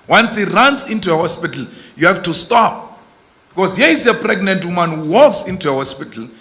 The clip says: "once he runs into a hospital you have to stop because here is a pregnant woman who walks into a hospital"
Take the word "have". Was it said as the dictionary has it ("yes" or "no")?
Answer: no